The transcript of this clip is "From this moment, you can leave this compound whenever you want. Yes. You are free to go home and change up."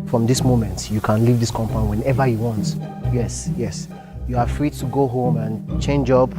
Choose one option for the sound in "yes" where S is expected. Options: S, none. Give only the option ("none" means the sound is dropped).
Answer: S